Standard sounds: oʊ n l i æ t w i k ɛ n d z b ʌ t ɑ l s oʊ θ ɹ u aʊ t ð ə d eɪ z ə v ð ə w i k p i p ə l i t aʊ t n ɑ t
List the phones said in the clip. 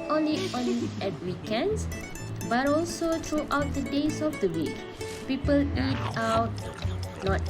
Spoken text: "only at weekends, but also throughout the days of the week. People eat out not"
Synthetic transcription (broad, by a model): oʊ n l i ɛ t w i k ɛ n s b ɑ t ɑ l s oʊ t ɹ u aʊ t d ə d eɪ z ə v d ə w i k p i p ə l i t aʊ t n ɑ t